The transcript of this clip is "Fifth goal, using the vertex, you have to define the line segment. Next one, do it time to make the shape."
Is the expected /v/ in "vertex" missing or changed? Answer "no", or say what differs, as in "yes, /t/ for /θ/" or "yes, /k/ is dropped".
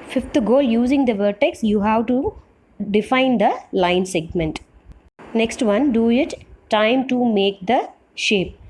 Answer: no